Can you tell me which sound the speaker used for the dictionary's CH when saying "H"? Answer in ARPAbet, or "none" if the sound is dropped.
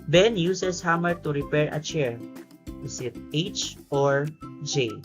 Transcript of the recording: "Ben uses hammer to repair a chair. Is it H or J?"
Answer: CH